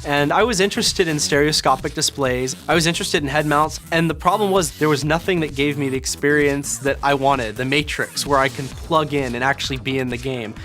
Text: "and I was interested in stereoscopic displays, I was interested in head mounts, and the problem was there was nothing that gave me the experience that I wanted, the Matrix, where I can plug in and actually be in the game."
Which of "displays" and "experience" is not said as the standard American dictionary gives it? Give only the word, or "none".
none